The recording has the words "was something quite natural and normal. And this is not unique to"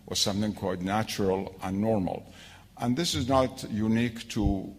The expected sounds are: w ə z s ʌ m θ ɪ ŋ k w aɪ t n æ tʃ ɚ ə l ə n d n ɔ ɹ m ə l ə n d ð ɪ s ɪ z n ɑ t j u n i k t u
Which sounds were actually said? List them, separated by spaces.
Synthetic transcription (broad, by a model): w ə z s ʌ m θ ɪ ŋ k w aɪ t n æ tʃ ɚ ə l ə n n ɔ ɹ m ə l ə n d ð ɪ s ɪ z n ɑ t j u n i k t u